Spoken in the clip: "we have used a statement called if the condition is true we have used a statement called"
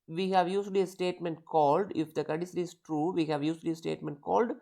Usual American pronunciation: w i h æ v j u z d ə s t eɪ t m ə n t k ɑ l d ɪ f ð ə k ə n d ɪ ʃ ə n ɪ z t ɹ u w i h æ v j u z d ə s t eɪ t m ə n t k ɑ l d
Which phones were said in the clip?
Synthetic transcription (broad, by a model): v i h æ v j u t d ə s t eɪ t m ə n t k ɑ l d ɪ f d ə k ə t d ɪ s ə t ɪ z t ɹ u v i h æ v j u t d ə s t eɪ t m ə n t k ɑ l d